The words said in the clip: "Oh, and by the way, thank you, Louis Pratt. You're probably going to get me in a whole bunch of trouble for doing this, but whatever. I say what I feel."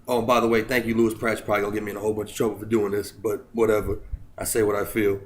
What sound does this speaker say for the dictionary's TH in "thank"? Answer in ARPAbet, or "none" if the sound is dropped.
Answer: TH